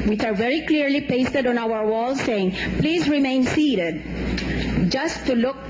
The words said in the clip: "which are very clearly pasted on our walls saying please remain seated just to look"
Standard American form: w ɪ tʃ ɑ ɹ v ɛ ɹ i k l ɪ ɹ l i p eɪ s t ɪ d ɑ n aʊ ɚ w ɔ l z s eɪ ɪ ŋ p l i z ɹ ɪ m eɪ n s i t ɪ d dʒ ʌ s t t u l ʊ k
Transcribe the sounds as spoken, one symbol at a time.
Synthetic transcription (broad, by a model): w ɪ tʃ ɑ ɹ v ɛ ɹ i k l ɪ ɹ l i p eɪ s t ɪ d ɑ n aʊ ɚ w ɔ l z s eɪ ɪ ŋ p l i z ɹ ɪ m eɪ n s i t ɪ d dʒ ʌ s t t u l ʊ k